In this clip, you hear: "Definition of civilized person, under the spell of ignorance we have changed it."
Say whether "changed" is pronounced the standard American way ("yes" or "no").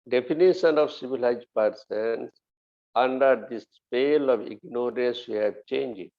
no